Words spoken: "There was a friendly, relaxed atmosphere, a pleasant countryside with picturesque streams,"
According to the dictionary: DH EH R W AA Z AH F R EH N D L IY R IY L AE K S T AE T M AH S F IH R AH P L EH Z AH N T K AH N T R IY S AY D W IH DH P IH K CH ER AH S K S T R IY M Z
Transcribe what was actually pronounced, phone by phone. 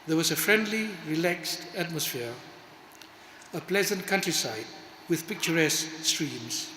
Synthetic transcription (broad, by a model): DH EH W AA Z AH F R EH N D L IY R IY L AE K S T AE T M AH S F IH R AH P L EH Z AH N T K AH N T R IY S AY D W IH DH P IH K CH ER AH S K S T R IY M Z